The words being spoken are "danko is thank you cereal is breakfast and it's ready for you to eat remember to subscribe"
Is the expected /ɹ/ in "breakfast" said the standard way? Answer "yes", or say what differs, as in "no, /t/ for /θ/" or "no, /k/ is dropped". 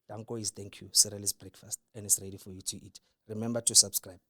yes